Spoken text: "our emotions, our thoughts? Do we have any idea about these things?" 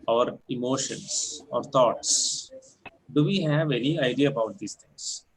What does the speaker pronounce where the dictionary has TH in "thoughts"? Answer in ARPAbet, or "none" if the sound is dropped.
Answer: T